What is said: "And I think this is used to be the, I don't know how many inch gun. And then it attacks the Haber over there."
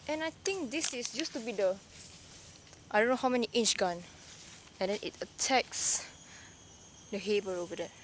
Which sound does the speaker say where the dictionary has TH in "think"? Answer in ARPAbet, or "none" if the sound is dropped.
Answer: T